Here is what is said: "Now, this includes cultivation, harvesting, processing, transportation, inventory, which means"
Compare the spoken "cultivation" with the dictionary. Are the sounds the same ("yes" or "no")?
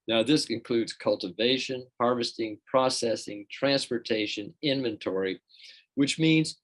yes